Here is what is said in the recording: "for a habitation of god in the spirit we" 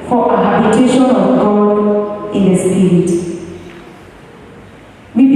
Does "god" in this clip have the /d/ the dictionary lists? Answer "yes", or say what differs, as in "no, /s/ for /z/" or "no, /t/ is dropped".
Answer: no, /d/ is dropped